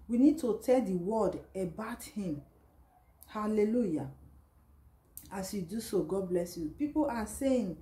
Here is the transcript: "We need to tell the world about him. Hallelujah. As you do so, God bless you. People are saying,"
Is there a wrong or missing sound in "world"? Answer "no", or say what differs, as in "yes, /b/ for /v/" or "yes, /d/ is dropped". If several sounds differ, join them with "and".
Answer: yes, /l/ is dropped